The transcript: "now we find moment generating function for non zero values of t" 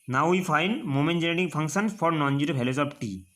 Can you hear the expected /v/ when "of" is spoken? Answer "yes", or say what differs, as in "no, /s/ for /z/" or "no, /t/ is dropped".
no, /p/ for /v/